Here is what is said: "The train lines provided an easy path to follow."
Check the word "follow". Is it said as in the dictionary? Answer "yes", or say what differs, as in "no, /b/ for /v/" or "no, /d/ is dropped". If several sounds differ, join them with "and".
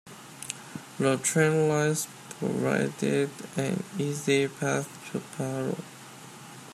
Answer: no, /p/ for /f/